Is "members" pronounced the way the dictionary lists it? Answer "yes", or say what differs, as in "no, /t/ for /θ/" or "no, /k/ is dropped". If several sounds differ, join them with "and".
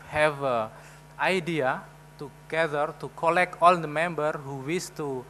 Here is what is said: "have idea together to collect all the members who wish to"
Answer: no, /z/ is dropped